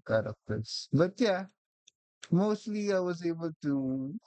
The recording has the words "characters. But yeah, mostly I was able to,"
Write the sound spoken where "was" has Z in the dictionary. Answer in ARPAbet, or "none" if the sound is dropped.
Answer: Z